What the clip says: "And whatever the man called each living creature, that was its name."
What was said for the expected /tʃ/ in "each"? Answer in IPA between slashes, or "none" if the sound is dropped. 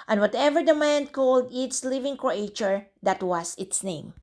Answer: /s/